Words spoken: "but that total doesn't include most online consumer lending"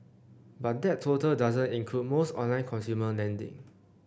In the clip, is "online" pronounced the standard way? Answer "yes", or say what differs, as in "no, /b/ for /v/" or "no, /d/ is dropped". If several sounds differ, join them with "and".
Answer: yes